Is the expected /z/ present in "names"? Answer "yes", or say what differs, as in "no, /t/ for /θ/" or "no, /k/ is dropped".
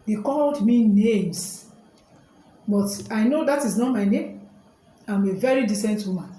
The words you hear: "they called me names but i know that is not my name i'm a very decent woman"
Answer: no, /s/ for /z/